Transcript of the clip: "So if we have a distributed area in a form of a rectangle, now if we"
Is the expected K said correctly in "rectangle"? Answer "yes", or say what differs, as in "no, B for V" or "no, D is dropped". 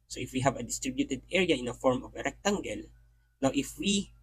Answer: yes